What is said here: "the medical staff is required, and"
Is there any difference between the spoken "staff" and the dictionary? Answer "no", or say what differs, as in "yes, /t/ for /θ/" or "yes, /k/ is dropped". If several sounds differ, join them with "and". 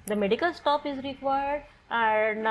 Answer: yes, /p/ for /f/